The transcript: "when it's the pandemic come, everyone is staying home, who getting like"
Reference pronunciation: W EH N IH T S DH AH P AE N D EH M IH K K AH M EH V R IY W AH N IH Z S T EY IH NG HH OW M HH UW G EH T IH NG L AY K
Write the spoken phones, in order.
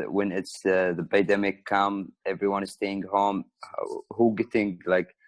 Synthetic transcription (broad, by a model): W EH N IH T S DH AH B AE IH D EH M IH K K AH M EH V R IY W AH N IH Z S T EY IH NG HH OW M HH UW G EH T IH NG L AY K